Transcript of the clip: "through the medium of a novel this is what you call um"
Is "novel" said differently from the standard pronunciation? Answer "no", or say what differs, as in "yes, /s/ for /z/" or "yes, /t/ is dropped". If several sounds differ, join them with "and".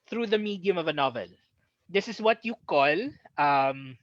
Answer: no